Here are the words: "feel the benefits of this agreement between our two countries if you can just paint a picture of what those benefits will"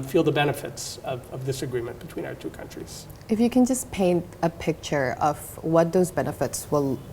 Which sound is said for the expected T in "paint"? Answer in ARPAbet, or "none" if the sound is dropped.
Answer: T